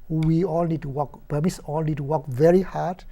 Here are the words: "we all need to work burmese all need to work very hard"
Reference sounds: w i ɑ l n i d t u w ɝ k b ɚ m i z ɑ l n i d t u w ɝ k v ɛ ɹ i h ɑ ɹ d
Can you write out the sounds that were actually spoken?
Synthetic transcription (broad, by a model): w i ɑ l n i d t u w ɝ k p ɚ m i s ɑ l n i d t u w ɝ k v ɛ ɹ i h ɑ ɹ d